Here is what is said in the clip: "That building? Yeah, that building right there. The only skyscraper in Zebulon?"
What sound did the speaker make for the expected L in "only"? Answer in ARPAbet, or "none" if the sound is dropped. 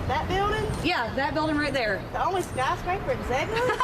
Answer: L